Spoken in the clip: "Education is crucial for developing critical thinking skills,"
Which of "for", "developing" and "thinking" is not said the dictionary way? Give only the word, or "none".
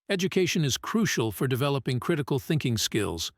none